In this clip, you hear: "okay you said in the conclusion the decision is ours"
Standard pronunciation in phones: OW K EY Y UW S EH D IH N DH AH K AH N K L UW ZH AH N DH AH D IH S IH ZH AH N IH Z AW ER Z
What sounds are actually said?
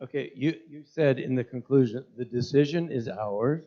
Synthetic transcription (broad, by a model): OW K EY Y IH S EH D IH N DH AH K AH N K L UW ZH AH N DH AH D IH S IH ZH AH N IH Z AW ER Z